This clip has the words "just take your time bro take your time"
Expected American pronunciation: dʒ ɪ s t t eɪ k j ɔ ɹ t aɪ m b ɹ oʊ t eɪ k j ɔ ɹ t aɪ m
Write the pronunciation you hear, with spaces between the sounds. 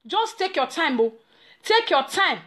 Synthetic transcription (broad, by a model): dʒ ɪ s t t eɪ k j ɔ t aɪ m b oʊ t eɪ k j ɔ t aɪ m